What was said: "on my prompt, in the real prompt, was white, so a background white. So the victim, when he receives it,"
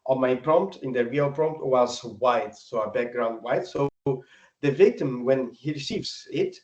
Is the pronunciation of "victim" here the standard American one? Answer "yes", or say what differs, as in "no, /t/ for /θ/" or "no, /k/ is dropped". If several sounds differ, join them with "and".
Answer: yes